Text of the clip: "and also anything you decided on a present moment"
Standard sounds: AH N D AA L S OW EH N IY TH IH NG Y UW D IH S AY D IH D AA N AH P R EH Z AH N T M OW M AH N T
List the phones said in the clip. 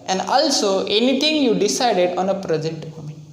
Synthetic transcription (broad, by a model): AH N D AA L S OW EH N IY T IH NG Y UW D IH S AY D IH D AA N AH P R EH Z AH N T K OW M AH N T